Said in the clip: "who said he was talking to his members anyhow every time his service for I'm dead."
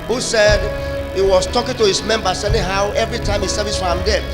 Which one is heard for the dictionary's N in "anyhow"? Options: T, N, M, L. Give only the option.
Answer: L